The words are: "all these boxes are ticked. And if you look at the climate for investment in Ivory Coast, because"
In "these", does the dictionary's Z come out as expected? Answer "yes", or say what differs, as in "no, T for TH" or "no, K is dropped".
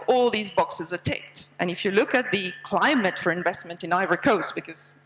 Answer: yes